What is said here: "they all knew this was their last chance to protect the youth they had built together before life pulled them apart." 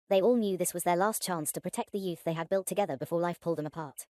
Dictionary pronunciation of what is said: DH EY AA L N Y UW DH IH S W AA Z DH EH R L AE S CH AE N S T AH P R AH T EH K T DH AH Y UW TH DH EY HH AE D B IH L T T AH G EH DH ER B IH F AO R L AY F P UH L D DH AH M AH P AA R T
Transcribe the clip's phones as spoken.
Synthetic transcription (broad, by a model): DH EY AA L N Y UW DH IH S W AA Z DH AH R L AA S CH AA N S T AH P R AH T EH K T DH AH Y UW TH DH EY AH D B IH L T T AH G EH DH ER B IH F AO L AY F P UH L D DH AH M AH P AA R T